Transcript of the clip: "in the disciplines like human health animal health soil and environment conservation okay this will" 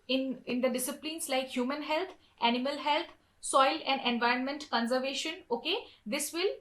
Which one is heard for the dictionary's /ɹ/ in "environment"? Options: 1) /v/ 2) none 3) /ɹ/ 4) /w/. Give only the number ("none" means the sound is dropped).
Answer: 3